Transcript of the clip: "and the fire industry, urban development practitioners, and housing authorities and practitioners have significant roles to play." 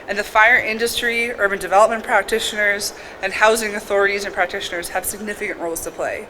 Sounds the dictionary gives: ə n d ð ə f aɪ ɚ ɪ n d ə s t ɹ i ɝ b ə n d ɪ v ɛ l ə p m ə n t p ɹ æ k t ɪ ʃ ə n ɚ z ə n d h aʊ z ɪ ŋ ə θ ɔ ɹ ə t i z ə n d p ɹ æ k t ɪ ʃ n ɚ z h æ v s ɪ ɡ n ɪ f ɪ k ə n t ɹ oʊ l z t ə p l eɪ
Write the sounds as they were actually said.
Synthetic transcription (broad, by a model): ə n ð ə f aɪ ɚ ɪ n d ə s t ɹ i ɝ b ə n d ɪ v ɛ l ə p m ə n p ɹ æ k t ɪ ʃ ə n ɚ z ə n h aʊ z ɪ ŋ ə θ ɔ ɹ ə t i z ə n p ɹ æ k t ɪ ʃ n ɚ z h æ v s ɪ ɡ n ɪ f ɪ k ə n t ɹ oʊ l z t ə p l eɪ